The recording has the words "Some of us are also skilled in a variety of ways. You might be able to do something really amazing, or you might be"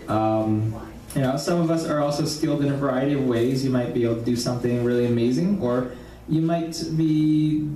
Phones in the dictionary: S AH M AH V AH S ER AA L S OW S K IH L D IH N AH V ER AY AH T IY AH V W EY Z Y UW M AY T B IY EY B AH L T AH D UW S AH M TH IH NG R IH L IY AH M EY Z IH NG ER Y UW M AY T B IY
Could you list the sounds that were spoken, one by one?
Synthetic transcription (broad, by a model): S AH M AH V AH S ER AA L S OW S K IH L D IH N V ER AY AH T IY AH V W EY Z Y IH M AY T B IY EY B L T AH D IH S AH M TH IH NG R IH L IY AH M EY Z IH NG ER Y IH M AY T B IY